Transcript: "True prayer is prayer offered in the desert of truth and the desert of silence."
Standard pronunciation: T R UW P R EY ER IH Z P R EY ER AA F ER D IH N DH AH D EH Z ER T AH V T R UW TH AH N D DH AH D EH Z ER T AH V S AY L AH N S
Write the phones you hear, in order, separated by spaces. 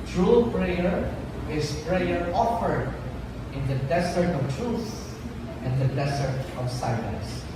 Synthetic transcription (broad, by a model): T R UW P R EY ER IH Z P R EY ER AA F ER D IH N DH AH D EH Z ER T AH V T R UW S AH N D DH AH D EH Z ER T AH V S AY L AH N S